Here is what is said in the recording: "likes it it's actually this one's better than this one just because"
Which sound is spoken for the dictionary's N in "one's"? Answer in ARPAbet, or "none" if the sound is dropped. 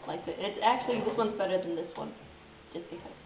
N